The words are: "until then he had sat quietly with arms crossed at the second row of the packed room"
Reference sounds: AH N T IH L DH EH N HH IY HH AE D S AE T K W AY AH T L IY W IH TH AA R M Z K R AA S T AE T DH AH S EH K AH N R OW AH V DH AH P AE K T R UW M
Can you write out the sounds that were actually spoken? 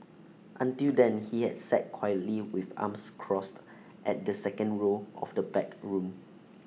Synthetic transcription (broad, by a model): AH N T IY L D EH N HH IY HH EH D S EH T K W AY AH T L IY W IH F AA M S K R AA S T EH T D AH S EH K AH N R OW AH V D AH B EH K R UW M